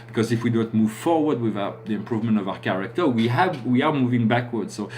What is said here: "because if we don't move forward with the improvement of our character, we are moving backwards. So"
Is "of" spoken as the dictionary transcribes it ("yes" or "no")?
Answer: yes